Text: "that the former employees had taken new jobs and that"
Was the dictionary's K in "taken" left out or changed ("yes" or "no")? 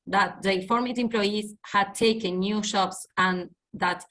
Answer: no